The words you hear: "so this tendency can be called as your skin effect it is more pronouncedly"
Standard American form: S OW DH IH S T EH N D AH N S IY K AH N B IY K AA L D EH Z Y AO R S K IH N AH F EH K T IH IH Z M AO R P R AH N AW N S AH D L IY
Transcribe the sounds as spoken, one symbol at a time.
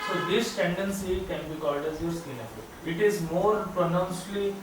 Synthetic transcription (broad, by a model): S OW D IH S T EH N D AH N S IY K AH N B IY K AA L D EH Z Y AO R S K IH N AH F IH T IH IH Z M AO R P R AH N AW N S L IY